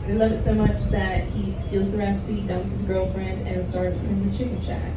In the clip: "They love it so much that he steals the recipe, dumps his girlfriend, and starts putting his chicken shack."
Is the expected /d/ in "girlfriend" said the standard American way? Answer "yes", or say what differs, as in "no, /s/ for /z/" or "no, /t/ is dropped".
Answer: yes